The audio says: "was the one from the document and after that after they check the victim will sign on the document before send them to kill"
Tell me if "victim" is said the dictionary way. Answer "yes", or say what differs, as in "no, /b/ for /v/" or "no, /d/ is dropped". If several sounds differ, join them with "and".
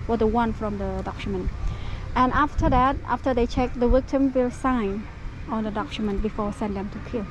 no, /w/ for /v/